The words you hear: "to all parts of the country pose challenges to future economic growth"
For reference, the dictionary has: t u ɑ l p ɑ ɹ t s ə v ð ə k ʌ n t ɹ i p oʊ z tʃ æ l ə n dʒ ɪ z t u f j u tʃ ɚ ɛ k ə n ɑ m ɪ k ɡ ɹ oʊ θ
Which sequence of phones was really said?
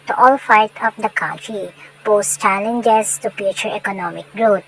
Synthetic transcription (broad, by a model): t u ɑ l f ɑ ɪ t ə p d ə k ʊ n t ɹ i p oʊ s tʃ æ l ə n dʒ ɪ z t u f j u tʃ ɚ ɛ k ə n ɑ m ɪ k ɡ ɹ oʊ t